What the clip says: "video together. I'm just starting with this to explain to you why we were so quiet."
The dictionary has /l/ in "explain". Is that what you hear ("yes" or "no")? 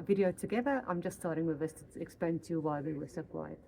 no